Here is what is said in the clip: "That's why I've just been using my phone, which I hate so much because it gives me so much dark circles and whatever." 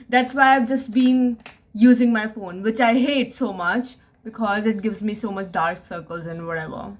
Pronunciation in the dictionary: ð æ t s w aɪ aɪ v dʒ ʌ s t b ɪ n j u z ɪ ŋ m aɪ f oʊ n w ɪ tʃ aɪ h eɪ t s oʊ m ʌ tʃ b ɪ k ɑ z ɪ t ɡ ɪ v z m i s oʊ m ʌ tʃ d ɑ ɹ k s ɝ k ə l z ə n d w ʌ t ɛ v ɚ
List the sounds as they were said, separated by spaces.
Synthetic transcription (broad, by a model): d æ t s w aɪ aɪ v dʒ ʌ s t b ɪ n j u z ɪ ŋ m aɪ f oʊ n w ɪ tʃ aɪ h eɪ t s oʊ m ʌ tʃ b ɪ k ɑ z ɪ t ɡ ɪ v z m i s oʊ m ʌ tʃ d ɑ ɹ k s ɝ k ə l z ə n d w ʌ t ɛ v ɚ